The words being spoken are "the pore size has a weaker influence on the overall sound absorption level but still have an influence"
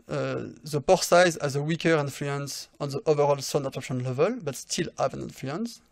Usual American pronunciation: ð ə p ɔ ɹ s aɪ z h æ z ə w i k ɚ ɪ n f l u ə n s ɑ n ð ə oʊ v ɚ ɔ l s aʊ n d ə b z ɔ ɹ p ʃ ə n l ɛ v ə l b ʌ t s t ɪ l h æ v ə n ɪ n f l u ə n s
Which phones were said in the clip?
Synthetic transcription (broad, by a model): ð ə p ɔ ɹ s aɪ z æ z ə w i k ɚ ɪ n f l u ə n s ɑ n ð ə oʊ v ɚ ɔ l s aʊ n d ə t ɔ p ʃ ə n l ɛ v ə l b ʌ t s t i l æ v ə n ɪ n f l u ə n s